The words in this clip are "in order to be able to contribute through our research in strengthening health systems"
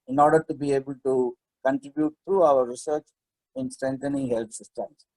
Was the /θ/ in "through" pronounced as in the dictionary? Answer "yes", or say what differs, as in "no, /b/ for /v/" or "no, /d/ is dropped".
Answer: no, /t/ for /θ/